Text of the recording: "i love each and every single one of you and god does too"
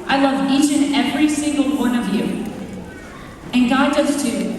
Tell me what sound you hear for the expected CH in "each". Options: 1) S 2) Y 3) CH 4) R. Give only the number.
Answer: 3